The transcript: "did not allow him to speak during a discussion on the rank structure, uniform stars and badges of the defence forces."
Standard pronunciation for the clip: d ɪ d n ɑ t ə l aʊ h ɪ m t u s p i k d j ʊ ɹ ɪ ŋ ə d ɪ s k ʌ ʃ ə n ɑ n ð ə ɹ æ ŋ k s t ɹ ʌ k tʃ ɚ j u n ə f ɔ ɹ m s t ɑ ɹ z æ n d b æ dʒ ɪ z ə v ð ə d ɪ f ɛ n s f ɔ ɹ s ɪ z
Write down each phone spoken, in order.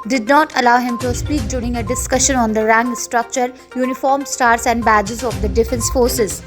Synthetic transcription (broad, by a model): d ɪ d n ɑ t ə l aʊ h ɪ m t u s p i k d j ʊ ɹ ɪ ŋ ə d ɪ s k ʌ ʃ ə n ɑ n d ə ɹ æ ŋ s t ɹ ʌ k tʃ ɚ j u n ə f ɔ ɹ m s t ɑ ɹ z æ n d b æ dʒ ɪ z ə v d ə d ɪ f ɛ n s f ɔ ɹ s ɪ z